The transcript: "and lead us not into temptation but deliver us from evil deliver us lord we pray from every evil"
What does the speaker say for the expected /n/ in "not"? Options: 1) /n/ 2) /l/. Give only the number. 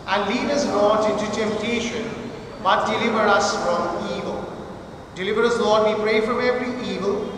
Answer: 2